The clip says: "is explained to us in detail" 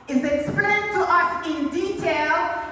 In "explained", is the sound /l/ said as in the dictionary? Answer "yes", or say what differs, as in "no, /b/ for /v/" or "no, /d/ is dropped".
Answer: no, /l/ is dropped